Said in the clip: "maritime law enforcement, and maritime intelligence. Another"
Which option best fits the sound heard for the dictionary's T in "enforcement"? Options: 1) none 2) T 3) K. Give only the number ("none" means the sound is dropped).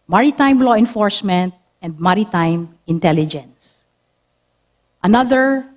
2